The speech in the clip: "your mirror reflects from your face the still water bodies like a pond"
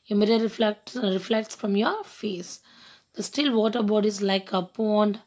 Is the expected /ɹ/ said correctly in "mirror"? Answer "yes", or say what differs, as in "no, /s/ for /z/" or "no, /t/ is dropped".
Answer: no, /l/ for /ɹ/